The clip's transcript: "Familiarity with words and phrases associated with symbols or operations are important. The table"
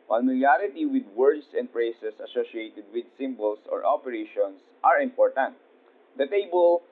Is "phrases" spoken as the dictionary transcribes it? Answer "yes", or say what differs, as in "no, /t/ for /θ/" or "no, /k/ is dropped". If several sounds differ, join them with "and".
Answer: no, /p/ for /f/ and /s/ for /z/ and /s/ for /z/